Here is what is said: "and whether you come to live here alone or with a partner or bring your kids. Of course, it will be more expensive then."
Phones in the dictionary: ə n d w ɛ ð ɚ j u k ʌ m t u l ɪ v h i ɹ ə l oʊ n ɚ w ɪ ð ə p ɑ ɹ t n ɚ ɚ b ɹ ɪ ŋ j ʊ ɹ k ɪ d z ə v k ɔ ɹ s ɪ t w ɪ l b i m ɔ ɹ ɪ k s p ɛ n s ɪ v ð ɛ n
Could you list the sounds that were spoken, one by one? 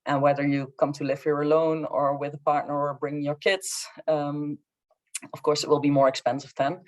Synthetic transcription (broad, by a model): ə n w ɛ ð ɚ j u k ʌ m t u l ɪ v h i ɹ ə l oʊ n ɚ w ɪ ð ə p ɑ ɹ t n ɚ ɚ b ɹ ɪ ŋ j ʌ ɹ k ɪ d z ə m k ɔ ɹ s ɪ t w ɪ l b i m ɔ ɹ ɪ k s p ɛ n s ɪ v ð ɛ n